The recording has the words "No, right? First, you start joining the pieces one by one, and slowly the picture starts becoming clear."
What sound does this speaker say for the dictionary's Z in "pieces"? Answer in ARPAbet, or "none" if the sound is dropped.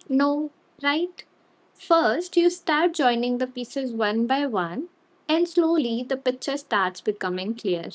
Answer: Z